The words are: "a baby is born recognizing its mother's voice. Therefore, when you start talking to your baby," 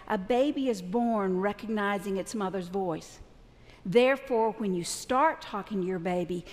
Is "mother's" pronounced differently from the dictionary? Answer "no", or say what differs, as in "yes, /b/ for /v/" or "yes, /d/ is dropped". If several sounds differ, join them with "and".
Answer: no